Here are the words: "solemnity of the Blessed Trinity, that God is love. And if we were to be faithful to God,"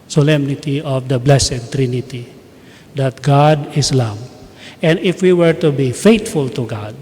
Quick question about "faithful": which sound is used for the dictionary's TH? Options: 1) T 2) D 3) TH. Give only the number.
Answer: 1